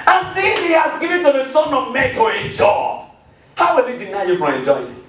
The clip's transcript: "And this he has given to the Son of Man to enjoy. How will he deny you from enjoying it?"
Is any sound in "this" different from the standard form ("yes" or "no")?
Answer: yes